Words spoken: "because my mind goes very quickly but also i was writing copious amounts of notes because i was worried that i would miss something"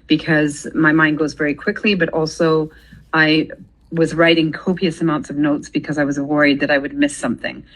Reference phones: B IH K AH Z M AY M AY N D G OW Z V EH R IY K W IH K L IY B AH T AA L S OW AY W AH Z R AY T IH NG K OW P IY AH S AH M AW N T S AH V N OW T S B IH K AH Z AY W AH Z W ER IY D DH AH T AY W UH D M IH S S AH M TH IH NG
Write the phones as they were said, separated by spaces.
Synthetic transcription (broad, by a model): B IH K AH Z M AY M AY N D G OW Z V EH R IY K W IH K L IY B AH T AA L S OW AY W AH Z R AY T IH NG K OW P IY AH S AH M AW N T S AH V N OW T S B IH K AH Z AY W AH Z W ER IY D DH AH T AY W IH D M IH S S AH M TH IH NG